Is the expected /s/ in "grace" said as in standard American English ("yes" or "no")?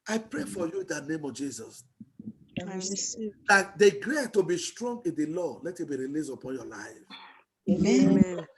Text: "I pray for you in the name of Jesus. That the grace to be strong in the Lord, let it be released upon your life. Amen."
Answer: no